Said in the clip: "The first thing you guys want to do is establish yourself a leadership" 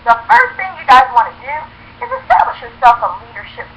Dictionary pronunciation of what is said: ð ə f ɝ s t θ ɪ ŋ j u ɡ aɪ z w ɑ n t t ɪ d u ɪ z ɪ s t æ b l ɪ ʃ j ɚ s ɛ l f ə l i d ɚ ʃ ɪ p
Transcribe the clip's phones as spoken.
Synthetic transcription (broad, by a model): ð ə f ɝ s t θ ɪ ŋ j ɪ ɡ aɪ z w ɑ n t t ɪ d u ɪ z ɪ s t æ b l ɪ ʃ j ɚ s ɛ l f ə l i d ɚ ʃ ɪ p